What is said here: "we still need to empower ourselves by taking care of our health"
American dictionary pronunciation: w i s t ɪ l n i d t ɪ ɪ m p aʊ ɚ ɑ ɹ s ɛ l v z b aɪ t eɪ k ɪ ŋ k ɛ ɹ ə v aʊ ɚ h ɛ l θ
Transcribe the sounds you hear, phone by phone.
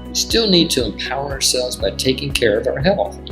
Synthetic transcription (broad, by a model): s t ɪ l n i d t ɪ ɪ m p aʊ ɚ ɑ ɹ s ɛ l v z b aɪ t eɪ k ɪ ŋ k ɛ ɹ ə v aʊ ɚ h ɛ l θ